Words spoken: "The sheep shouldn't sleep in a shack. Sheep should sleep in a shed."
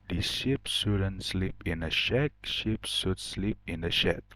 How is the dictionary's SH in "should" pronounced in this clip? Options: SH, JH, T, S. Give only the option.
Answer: S